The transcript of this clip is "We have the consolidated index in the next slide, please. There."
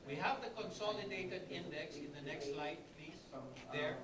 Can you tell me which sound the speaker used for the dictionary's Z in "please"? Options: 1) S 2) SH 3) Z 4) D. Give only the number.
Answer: 1